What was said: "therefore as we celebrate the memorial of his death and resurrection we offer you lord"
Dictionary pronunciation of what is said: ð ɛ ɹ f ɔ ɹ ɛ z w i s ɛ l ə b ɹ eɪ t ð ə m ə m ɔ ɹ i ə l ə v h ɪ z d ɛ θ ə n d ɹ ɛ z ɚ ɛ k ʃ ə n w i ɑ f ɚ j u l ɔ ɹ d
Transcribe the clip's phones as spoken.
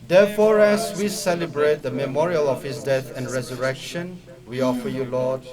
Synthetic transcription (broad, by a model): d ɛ f ɔ ɹ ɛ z w i s ɛ l ə b ɹ eɪ t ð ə m ə m ɔ ɹ i ə l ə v h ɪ s d ɛ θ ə n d ɹ ɛ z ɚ ɛ k ʃ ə n w i ɑ f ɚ j u l ɔ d